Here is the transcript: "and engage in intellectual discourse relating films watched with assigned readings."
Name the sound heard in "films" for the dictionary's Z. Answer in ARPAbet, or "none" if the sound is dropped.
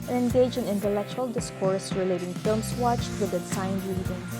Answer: S